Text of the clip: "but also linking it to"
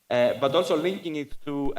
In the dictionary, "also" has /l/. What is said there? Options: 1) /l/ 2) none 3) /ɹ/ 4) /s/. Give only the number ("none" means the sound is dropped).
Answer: 1